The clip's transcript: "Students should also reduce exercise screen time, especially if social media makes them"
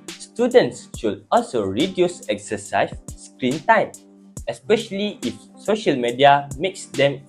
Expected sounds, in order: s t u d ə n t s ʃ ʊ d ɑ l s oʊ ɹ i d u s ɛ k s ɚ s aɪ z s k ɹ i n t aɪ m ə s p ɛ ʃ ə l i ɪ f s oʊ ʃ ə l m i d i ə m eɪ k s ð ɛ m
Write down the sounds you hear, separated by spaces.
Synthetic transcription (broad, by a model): s t u d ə n t s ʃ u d ɑ l s oʊ ɹ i d u s ɛ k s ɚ s aɪ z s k ɹ i n t aɪ m ə s p ɛ ʃ ə l i ɪ f s oʊ ʃ ə l m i d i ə m eɪ k s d ɛ m